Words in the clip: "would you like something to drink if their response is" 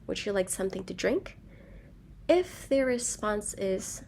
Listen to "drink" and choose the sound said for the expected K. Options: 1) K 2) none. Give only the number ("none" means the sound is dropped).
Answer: 1